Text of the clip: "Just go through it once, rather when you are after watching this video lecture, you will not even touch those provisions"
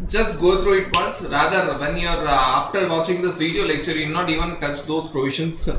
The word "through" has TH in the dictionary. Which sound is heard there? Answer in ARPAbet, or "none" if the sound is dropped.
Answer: T